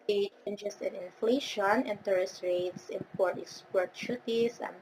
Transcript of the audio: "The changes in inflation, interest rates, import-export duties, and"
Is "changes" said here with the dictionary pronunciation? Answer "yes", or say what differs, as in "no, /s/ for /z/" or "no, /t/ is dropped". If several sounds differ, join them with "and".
no, /s/ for /z/